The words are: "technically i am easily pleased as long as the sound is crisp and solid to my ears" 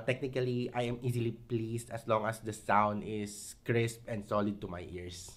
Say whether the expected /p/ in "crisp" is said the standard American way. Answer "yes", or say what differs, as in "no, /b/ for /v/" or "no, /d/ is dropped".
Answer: yes